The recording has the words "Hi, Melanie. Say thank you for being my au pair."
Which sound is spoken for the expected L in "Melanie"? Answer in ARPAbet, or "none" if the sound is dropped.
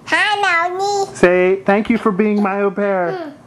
none